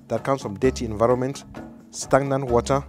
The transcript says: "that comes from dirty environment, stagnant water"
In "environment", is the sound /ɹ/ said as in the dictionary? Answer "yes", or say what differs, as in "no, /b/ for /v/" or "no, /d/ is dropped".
yes